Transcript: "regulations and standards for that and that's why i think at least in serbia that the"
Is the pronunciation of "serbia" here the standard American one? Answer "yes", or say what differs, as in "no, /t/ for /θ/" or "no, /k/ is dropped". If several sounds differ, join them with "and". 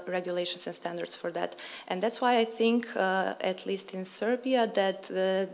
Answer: yes